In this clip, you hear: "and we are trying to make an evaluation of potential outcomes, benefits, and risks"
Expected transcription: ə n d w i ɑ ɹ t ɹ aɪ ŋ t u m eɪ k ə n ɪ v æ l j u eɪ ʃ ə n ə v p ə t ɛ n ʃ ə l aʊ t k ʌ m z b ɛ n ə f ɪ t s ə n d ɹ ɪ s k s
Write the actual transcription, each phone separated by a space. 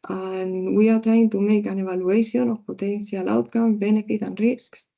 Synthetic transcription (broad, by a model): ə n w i ɑ ɹ t ɹ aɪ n t u m eɪ k ə n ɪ b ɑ l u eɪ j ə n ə p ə t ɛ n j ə l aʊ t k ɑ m b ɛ n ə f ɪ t ə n ɹ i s k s